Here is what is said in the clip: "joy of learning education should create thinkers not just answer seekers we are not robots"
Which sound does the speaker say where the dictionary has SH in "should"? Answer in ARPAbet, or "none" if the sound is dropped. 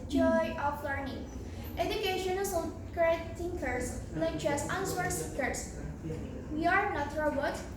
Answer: S